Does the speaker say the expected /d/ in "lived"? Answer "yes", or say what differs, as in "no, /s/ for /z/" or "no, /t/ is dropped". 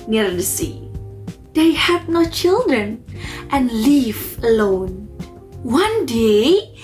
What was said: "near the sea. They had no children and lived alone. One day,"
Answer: no, /d/ is dropped